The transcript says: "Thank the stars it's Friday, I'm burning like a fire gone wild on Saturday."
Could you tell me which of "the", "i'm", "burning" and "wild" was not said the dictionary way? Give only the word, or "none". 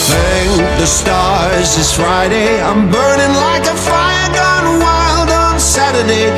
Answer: none